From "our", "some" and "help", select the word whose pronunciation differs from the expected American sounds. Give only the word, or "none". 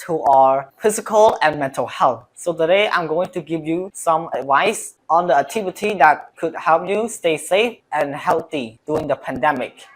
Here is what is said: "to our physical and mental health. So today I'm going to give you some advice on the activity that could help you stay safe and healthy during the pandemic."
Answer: none